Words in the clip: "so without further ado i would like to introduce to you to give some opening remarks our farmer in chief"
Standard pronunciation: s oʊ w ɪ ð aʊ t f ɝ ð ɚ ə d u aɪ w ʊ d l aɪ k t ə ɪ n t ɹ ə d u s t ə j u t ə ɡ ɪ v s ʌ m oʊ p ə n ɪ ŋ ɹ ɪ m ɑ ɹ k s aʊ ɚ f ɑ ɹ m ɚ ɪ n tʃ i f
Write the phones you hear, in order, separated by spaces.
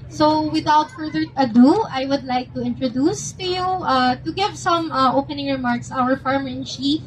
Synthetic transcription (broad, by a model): s oʊ w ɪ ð aʊ t f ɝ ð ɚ ə d u aɪ w ʊ d l aɪ k t ə ɪ n t ɹ ə d u s t ə j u t ə ɡ ɪ v s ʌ m oʊ p ə n ɪ ŋ ɹ ɪ m ɑ ɹ k s aʊ ɚ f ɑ ɹ m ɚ ɪ n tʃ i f